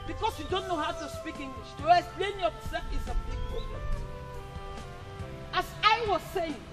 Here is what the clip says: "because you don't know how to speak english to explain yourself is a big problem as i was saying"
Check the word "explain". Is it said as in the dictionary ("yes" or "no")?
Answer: no